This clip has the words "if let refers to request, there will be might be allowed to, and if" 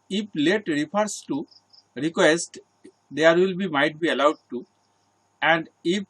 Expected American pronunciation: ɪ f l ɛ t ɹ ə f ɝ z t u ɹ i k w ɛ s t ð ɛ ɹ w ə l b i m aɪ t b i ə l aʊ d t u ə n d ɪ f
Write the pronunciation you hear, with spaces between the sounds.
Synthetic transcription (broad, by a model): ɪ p l ɛ t ɹ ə p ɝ s t u ɹ i k w ɛ s t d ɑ ɹ w ə l b i m aɪ t b i ə l aʊ d t u ə n d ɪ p